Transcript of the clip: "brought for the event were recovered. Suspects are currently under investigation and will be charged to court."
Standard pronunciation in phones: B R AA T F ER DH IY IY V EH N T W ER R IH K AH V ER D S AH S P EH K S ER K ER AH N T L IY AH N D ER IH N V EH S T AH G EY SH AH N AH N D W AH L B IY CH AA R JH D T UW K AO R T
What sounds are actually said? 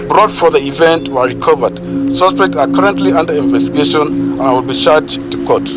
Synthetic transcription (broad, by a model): B R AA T F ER DH IY IY V EH N T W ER R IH K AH V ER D S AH S P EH K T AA K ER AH N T L IY AH N D ER IH N V EH S T AH G EY SH AH N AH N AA W AH L B IY SH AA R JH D T UW K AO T